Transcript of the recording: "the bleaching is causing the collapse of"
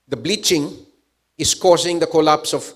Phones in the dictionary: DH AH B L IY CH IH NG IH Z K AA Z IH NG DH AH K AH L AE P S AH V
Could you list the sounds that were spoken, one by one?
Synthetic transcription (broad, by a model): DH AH B L IY CH IH NG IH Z K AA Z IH NG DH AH K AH L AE P S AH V